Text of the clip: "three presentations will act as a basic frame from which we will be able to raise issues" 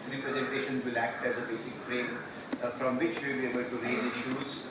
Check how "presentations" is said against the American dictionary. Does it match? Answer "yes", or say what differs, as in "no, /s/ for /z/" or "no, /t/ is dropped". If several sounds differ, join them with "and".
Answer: yes